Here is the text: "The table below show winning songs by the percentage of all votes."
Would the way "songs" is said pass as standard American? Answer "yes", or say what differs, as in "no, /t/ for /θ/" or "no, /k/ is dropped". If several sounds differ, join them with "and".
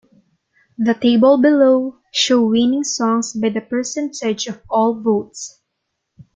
no, /s/ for /z/